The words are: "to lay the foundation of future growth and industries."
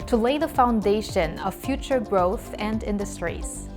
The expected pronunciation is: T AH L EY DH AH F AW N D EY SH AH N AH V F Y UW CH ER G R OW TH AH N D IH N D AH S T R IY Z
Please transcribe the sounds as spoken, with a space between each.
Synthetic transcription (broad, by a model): T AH L EY DH AH F AW N D EY SH AH N AH V F Y UW CH ER G R OW TH AH N D IH N D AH S T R IY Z